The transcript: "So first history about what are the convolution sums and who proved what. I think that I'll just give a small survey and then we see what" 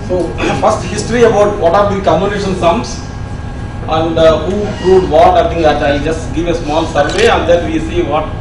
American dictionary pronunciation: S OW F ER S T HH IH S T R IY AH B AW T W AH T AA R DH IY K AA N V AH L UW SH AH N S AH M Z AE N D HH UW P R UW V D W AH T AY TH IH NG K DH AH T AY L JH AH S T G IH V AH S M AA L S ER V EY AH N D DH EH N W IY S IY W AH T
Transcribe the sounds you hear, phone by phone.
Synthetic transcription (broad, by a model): S OW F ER S T HH IH S T R IY AH B AW T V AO T AA R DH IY K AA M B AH N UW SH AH N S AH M S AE N D HH UW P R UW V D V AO T AY T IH NG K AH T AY JH AH S T G IH V AH S M AA L S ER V EY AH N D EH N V IY S IY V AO T